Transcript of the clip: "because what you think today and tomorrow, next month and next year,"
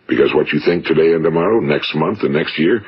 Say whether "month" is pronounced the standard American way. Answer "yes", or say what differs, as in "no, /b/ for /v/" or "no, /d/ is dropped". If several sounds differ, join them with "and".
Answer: yes